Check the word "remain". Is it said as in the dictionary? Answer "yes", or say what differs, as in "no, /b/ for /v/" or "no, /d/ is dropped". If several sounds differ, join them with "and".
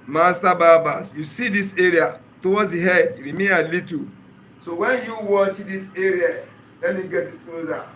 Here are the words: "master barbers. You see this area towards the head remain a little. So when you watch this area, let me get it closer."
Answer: no, /n/ is dropped